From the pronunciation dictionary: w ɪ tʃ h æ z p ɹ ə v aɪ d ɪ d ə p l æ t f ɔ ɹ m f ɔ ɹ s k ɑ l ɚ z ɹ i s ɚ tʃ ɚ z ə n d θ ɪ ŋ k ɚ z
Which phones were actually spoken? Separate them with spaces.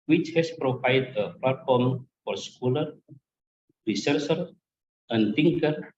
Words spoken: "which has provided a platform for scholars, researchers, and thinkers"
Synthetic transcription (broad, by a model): w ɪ tʃ h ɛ s p ɹ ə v aɪ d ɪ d ə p l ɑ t f ɔ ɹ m f ɔ ɹ s k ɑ l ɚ ɹ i s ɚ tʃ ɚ ə n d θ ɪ ŋ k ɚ